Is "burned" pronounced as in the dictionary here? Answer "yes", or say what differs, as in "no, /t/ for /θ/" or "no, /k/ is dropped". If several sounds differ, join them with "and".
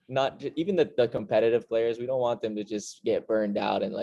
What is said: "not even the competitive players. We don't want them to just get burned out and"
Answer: yes